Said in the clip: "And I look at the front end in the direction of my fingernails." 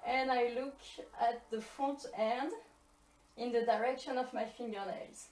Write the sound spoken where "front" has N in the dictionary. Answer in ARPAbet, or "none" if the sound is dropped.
none